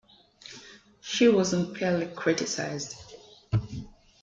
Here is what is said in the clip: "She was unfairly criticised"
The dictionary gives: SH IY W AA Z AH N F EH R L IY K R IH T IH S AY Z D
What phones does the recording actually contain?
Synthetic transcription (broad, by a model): SH IY W AA Z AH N P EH L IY K R IH T IH S AY Z D